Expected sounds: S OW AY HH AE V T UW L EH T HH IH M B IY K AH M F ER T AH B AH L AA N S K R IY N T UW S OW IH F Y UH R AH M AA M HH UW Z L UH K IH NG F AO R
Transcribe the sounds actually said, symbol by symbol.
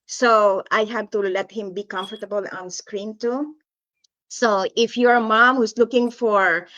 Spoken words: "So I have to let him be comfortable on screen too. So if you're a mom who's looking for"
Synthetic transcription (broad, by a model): S OW AY HH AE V T UW L EH T HH IH M B IY K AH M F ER T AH B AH L AA N S K R IY N T UW S OW IH F Y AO R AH M AA M HH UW S L UH K IH NG F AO R